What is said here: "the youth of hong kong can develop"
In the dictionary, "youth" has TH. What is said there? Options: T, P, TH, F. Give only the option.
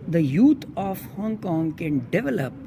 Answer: T